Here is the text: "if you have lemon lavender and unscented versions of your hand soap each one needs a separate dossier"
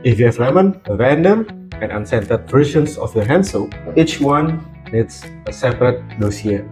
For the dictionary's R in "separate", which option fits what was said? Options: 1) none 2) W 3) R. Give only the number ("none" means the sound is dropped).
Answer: 3